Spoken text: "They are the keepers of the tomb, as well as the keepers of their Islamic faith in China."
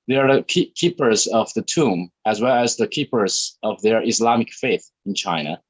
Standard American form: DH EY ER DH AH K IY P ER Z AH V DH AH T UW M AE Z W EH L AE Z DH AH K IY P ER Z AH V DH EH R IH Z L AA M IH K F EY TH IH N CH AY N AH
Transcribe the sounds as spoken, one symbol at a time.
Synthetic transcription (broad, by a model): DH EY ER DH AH K IY P ER Z AH V DH AH T UW M AE Z W EH L AE Z DH AH K IY P ER Z AH V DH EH R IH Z L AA M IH K F EY TH IH N CH AY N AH